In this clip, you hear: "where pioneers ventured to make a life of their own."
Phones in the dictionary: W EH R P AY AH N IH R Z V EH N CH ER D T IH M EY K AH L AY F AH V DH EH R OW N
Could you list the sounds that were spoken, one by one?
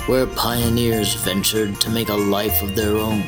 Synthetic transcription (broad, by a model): W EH R P AY AH N IH R Z V EH N CH ER D T IH M EY K AH L AY F AH V DH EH R OW N